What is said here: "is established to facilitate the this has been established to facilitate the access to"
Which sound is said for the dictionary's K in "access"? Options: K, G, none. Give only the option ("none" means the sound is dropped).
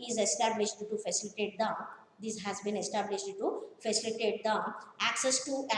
K